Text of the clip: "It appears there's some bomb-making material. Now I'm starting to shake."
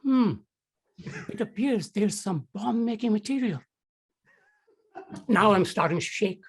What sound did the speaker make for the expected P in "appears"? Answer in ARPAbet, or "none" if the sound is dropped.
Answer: P